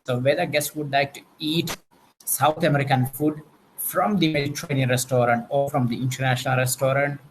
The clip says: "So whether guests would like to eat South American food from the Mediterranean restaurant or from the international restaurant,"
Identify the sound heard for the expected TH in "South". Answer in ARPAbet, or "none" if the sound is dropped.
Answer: T